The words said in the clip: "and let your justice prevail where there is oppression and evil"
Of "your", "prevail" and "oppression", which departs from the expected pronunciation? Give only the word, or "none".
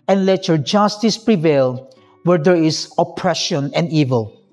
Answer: none